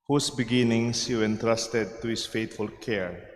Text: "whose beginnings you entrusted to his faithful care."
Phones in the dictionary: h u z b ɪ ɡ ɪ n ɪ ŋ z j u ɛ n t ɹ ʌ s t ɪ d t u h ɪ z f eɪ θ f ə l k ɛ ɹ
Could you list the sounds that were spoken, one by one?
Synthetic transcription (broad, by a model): h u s b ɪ ɡ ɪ n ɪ ŋ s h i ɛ n t ɹ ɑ s t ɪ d t u h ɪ s f eɪ t f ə l k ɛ ɹ